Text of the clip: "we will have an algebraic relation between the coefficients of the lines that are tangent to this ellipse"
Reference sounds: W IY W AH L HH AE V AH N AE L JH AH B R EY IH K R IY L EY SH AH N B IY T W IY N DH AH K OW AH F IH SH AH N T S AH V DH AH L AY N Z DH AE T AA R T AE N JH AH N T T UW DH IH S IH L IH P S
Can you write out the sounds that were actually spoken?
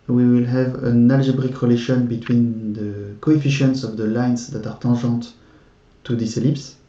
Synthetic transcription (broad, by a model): W IY W AH L HH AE V AH N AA L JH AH B R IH K R IY L EY SH AH N B IY T W IY N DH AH K OW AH F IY SH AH N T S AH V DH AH L AY N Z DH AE T AA R T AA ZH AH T T UW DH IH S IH L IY P S